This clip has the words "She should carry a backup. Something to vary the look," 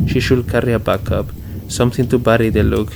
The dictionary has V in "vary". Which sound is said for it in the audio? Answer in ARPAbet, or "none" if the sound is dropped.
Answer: B